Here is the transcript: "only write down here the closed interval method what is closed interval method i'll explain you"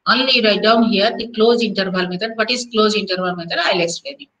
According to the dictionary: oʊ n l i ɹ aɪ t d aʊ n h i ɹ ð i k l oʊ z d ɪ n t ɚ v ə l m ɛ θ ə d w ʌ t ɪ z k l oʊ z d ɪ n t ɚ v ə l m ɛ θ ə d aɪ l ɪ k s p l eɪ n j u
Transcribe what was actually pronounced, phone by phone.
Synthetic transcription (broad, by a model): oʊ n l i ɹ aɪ d aʊ n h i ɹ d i k l oʊ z ɪ n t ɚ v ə l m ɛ t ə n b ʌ t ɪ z k l oʊ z ɪ n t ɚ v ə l m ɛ t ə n aɪ l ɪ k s l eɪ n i